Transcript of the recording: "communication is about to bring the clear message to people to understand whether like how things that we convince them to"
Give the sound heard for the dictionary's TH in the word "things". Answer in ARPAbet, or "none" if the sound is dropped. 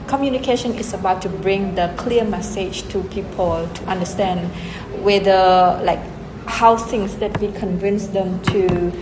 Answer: S